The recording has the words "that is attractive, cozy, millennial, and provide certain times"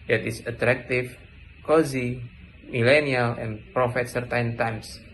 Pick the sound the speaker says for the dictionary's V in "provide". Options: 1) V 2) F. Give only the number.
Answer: 2